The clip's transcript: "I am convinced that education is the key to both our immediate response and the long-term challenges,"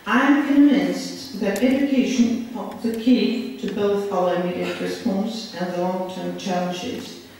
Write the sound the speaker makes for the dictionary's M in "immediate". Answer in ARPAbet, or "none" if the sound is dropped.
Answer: none